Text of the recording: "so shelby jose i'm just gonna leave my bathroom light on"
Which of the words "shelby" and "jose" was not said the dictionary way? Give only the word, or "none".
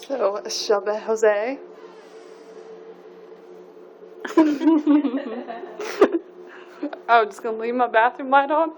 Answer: shelby